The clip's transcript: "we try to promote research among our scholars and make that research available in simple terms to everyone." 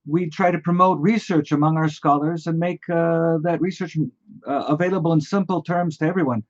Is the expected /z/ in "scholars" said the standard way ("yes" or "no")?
yes